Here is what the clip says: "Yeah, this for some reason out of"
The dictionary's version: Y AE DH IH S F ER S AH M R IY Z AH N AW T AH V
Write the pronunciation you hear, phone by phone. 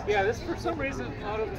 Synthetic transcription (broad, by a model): Y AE DH IH S F ER S AH M R IY Z AH N AW T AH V